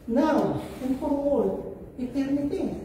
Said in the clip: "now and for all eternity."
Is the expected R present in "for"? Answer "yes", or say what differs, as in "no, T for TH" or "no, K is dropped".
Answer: no, W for R